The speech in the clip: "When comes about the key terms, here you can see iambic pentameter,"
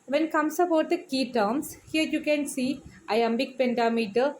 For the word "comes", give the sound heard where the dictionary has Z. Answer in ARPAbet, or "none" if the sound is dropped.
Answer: S